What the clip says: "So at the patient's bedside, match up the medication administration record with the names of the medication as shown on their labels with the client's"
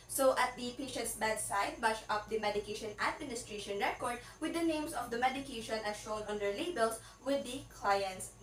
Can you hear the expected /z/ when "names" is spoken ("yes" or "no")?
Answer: no